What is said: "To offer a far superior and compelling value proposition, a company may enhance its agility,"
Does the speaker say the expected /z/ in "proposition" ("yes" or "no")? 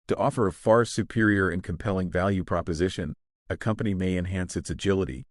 yes